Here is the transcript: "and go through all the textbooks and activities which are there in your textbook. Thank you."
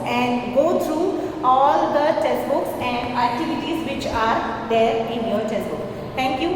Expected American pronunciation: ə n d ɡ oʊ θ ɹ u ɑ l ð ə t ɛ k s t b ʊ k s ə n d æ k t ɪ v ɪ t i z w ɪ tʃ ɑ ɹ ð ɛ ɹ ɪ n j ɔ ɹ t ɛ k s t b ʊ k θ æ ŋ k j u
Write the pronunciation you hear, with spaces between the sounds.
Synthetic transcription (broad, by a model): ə n d ɡ oʊ t ɹ u ɑ l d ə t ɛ s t b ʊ k s ə n d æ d t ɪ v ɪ t i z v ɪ tʃ ɑ ɹ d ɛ ɹ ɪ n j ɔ l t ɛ s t b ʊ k t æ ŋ k j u